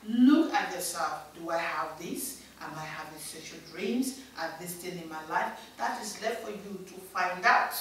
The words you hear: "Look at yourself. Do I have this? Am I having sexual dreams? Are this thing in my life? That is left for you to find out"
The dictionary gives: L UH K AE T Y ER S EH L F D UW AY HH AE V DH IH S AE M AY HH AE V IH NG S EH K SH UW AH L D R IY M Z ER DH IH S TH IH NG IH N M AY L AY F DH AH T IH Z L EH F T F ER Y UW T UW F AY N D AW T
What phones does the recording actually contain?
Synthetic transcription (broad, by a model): L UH K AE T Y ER S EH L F D UW AY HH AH V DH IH S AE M AY HH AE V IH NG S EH SH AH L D R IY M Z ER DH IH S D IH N IH N M AY L AY F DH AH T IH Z L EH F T F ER Y UW T UW F AY N D AW T